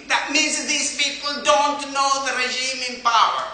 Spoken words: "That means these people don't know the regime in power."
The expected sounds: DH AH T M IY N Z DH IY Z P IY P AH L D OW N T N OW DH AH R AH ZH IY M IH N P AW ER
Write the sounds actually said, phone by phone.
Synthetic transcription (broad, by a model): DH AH T M IY N Z DH IY Z P IY P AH L D OW N T N OW DH AH R AH ZH IY M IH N P AW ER